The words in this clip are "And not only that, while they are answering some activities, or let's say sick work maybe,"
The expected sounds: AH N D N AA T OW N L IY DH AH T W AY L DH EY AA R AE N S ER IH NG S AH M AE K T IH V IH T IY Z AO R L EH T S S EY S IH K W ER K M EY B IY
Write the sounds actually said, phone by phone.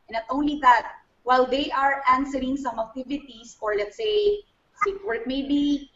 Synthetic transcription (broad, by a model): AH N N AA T OW N L IY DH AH T W AY L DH EY AA R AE N S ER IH NG S AH M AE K T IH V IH T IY S AO R L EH T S S EY S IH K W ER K M EY B IY